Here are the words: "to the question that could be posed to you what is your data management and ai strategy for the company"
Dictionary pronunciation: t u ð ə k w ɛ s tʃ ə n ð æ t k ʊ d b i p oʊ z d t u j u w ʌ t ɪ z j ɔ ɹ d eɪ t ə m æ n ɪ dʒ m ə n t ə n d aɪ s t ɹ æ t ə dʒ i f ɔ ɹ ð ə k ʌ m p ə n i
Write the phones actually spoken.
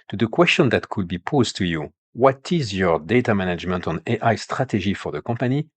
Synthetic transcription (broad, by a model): t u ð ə k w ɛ s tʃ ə n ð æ t k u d b i p oʊ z t u j u w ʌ t ɪ z j ɔ ɹ d eɪ t ə m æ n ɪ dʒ m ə n t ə n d aɪ s t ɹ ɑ t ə ʒ i f ɔ ɹ ð ə k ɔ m p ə n i